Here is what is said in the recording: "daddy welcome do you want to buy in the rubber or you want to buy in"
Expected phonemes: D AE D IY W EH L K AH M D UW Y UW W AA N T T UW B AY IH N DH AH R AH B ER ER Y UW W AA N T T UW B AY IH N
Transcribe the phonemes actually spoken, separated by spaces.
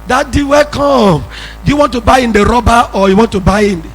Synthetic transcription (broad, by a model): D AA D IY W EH K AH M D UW Y UW W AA N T T UW B AY IH N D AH R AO B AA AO Y UW W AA N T T UW B AY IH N